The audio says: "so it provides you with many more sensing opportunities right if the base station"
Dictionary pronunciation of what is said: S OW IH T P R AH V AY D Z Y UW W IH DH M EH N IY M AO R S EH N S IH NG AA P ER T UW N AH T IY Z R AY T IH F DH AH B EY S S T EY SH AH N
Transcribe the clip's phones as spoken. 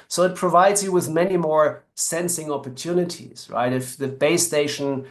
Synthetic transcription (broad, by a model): S OW IH T P R AH V AY D Z Y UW W IH DH M EH N IY M AO R S EH N S IH NG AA P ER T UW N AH T IY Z R AY T IH F DH AH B EY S S T EY SH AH N